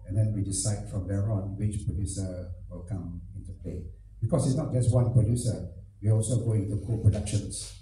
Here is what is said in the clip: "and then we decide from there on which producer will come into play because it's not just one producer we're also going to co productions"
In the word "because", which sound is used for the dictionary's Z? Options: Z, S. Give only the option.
S